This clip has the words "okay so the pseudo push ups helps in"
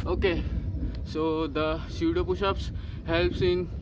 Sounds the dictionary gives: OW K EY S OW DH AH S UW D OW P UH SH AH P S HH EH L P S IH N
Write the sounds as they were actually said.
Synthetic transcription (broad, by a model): OW K EY S OW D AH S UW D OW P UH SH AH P S HH EH L P S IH N